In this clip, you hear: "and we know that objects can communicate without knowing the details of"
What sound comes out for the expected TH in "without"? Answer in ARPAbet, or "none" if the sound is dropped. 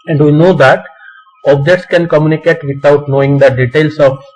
T